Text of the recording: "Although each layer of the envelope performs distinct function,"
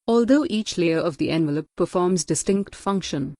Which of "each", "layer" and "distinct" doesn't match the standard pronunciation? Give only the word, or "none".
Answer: none